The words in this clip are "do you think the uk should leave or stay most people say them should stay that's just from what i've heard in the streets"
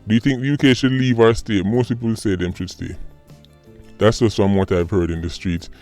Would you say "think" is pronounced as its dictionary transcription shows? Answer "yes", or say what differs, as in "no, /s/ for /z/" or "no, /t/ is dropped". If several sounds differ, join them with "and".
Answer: yes